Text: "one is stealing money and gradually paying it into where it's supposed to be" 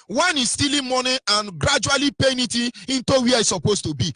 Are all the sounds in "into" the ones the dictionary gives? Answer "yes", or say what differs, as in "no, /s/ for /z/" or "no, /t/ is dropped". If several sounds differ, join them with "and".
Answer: yes